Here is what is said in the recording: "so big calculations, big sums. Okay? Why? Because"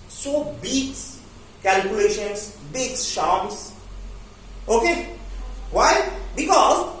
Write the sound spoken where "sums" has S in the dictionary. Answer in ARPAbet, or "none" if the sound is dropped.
SH